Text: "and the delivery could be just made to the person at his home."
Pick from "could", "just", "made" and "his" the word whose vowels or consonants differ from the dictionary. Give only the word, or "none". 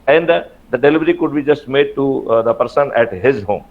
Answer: none